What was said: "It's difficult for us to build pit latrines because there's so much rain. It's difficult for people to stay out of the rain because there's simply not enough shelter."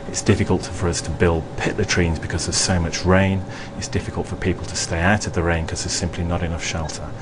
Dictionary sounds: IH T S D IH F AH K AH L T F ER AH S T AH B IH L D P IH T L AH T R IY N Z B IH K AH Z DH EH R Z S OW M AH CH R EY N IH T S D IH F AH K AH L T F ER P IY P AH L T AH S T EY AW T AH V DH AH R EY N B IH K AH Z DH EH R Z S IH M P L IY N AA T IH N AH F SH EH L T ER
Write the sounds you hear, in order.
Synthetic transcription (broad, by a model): IH T S D IH F AH K AH L T F ER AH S T AH B IH L D P IH T L AH T R IY N Z B IH K AH Z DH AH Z S OW M AH CH R EY N IH T S D IH F AH K AH L T F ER P IY P AH L T AH S T EY AW T AH V DH AH R EY N K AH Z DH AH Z S IH M P L IY N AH T IH N AH F SH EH L T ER